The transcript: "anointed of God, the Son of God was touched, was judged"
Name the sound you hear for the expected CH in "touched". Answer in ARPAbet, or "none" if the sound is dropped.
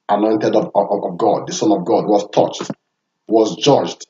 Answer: CH